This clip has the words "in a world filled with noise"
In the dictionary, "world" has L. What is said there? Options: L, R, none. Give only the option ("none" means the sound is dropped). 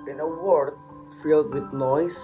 none